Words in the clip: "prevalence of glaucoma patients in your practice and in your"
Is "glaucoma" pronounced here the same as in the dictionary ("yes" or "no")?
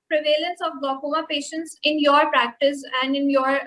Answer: no